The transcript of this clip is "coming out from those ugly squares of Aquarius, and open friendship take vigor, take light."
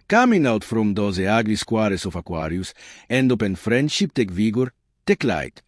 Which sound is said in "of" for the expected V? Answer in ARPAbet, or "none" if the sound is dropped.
F